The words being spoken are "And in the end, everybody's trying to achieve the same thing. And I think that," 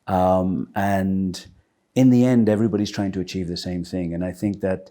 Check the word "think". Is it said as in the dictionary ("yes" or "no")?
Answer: yes